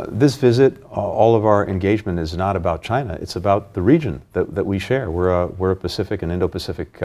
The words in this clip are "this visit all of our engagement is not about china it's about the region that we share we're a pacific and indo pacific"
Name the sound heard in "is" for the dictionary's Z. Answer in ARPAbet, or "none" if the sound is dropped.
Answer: Z